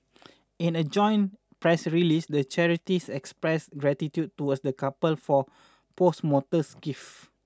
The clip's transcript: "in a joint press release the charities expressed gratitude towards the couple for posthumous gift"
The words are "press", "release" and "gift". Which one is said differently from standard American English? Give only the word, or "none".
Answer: gift